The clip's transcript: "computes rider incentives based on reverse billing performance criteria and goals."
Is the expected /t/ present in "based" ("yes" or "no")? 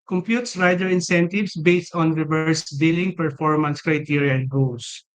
yes